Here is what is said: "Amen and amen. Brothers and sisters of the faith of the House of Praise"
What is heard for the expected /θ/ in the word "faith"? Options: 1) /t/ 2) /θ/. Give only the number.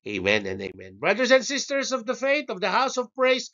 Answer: 1